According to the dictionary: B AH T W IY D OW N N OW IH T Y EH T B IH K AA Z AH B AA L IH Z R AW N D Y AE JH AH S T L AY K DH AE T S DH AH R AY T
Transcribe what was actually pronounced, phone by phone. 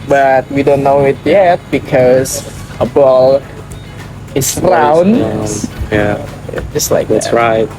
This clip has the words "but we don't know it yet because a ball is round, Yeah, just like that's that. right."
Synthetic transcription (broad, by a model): B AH T W IY D OW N N OW IH T Y EH T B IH K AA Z AH B AA L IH S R AW N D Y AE JH AH S T L AY K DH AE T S R AY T